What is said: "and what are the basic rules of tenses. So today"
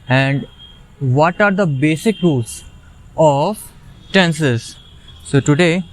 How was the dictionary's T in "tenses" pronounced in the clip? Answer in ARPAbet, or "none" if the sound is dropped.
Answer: T